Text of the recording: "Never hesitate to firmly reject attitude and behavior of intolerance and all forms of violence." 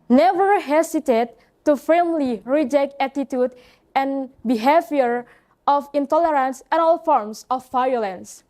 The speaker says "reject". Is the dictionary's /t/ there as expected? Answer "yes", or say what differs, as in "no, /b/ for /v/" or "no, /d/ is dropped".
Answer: yes